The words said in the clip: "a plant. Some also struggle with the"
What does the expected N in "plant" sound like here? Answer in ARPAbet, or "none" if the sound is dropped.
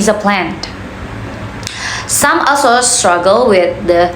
N